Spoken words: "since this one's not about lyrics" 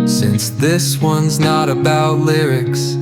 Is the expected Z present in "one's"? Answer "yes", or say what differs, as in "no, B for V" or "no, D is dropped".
yes